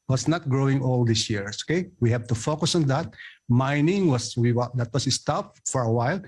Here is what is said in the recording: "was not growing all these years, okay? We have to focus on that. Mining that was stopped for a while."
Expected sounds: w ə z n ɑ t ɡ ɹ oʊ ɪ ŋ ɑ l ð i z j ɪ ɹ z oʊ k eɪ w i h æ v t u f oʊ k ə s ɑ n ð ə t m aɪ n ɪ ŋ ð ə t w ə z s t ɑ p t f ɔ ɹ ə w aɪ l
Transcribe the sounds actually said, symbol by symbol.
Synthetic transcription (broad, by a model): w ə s n ɑ t ɡ ɹ oʊ ɪ ŋ ɑ l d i s j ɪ ɹ oʊ k eɪ w i h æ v t u f oʊ k ə s ɑ n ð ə t m aɪ n ɪ ŋ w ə t w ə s s t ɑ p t f ɔ ɹ ə w aɪ l